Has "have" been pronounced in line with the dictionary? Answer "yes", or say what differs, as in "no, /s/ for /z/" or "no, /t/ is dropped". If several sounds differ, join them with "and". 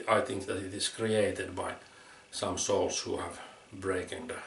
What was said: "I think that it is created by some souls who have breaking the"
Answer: yes